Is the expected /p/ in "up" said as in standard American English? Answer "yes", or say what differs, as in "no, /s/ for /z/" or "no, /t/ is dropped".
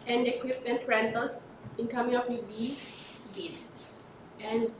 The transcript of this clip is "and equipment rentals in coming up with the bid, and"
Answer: no, /f/ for /p/